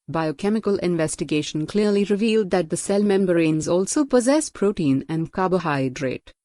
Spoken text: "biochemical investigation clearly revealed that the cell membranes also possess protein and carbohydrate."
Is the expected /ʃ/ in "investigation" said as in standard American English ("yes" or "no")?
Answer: yes